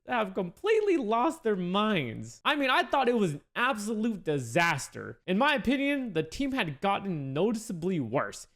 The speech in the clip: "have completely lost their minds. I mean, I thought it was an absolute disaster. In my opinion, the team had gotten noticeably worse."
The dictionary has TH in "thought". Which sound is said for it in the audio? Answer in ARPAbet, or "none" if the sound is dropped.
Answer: TH